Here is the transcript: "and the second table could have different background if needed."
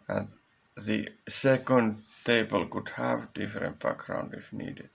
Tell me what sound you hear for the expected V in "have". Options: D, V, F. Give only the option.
V